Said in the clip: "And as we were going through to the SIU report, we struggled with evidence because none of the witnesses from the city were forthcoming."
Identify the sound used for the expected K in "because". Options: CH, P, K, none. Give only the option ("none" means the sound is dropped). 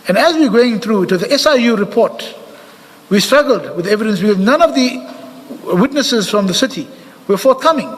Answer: none